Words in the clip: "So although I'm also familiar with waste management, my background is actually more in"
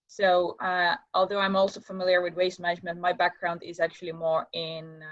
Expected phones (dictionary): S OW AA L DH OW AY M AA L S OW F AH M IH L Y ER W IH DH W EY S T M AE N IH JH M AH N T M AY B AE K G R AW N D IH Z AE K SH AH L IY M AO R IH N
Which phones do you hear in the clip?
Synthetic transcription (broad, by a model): S OW AA L DH OW AY M AA L S OW F AH M IH L Y ER W IH DH W EY S T M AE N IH JH M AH N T M AY B AE K G R AW N D IH Z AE K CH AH L IY M AO R IH N